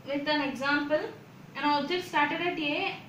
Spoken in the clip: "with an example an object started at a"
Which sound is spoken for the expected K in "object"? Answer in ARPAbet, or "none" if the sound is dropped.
none